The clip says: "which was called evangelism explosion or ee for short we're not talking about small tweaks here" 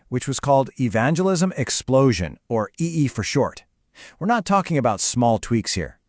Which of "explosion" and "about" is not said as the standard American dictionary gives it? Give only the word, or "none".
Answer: none